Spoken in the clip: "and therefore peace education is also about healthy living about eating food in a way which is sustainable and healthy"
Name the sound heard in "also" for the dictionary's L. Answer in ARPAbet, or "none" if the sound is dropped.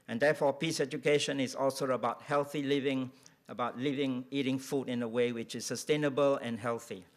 L